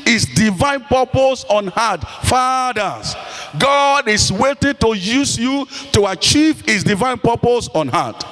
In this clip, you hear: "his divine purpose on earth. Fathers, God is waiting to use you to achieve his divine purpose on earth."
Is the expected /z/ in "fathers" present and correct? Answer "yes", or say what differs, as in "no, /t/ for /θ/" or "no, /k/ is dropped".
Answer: no, /s/ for /z/